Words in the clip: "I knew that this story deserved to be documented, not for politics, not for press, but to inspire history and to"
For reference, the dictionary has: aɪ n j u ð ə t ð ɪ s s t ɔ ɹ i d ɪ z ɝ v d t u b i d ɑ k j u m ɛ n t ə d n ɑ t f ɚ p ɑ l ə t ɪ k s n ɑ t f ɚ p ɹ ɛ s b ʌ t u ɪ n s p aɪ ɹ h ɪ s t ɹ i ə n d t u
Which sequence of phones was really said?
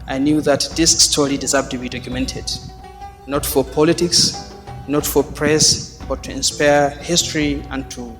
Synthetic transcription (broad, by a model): aɪ n j u ð ə t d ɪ s s t ɔ ɹ i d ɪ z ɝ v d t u b i d ɑ k j u m ɛ n t ə d n ɑ t f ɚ p ɑ l ə t ɪ k s n ɑ t f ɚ p ɹ ɛ s b ʌ t u ɪ n s p aɪ ɹ h ɪ s t ɹ i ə n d t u